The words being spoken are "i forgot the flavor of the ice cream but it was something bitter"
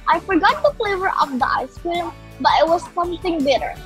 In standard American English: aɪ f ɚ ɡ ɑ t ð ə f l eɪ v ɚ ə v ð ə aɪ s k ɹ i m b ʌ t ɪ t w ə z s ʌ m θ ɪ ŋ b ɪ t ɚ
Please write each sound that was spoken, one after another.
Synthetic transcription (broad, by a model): aɪ f ɚ ɡ ɑ t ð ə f l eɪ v ɚ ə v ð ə aɪ s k i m b ʌ t ɪ t w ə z s ʌ m θ ɪ ŋ b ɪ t ɚ